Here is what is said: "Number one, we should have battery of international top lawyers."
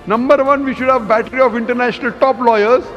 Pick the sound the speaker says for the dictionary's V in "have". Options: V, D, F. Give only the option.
V